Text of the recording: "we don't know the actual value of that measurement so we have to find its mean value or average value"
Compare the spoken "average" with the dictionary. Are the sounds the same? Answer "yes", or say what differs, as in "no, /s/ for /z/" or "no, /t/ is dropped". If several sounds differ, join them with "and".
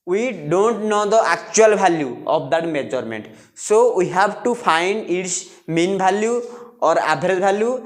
no, /b/ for /v/